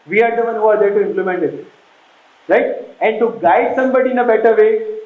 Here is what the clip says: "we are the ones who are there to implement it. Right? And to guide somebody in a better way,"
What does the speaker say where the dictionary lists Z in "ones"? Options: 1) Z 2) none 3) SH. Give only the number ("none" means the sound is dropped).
2